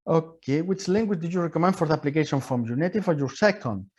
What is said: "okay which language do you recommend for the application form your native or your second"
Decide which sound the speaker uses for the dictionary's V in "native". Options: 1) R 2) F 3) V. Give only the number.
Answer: 2